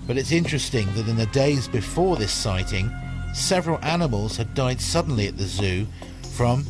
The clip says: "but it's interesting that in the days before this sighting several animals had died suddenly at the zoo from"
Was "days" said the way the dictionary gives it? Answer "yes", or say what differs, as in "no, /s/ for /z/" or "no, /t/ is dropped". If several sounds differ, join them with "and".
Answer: yes